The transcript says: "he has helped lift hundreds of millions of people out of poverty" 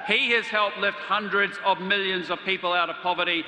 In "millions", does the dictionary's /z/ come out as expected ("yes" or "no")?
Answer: yes